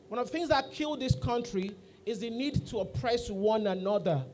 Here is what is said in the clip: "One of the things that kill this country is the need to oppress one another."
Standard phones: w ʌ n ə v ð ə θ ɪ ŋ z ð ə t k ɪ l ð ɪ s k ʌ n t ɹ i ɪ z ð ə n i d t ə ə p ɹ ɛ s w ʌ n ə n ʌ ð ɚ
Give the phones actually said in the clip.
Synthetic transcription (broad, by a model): w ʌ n ə v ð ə θ ɪ ŋ z ð ə t k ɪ l ð ɪ s k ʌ n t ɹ i ɪ z ð ə n i d t ə ə p ɹ ɛ s w ʌ n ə n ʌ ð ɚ